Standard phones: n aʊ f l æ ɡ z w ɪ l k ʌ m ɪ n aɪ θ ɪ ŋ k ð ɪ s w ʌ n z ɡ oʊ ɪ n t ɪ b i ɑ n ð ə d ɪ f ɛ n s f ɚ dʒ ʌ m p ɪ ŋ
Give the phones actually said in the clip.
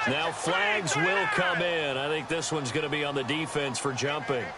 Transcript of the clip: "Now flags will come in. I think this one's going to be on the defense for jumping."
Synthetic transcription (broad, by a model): n aʊ f l æ ɡ z w ɪ l k ʌ m ɪ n aɪ θ ɪ ŋ k ð ɪ s w ʌ n z ɡ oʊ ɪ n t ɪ b i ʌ n ð ə d ɪ f ɛ n s f ɚ dʒ ʌ m p ɪ ŋ